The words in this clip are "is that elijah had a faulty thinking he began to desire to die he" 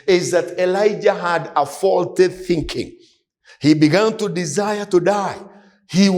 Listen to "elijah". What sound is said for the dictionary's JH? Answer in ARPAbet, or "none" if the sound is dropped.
JH